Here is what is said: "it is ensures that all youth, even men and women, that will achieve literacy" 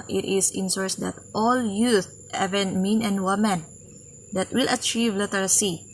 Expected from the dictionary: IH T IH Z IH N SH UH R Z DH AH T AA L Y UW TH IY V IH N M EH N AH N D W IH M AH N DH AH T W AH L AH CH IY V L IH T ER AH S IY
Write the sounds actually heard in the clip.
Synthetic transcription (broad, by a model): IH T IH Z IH N S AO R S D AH T AA L Y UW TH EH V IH N M EH N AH N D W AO M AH N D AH T W AH L AH CH IY V L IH T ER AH S IY